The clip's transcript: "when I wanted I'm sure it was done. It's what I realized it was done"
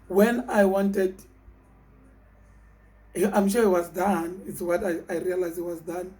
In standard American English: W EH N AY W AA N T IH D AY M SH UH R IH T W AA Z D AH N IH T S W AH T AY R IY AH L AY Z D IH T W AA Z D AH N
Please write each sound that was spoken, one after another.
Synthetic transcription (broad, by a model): W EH N AY W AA N T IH D AY M SH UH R IH T W AA Z D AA N IH T S W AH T AY R IY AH L AY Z IH T W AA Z D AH N